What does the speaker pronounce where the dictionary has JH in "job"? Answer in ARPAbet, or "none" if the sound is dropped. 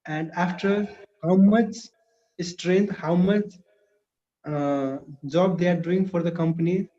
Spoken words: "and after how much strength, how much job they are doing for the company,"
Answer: JH